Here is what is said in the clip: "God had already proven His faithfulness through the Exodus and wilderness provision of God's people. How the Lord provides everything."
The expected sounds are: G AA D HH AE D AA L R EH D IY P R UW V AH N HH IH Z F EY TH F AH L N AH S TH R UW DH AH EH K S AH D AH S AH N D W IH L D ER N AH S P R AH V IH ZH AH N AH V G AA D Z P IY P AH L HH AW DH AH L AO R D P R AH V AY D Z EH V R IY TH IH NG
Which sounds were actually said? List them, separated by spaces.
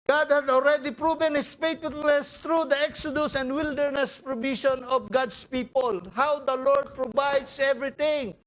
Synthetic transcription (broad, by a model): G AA D HH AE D AA L R EH D IY P R UW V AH N HH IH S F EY T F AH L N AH S T R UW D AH EH K S AH D AH S AH N D W IH L D ER N AH S P R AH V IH SH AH N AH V G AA D S P IY P AH L HH AW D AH L AO R D P R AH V AY D S EH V R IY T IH NG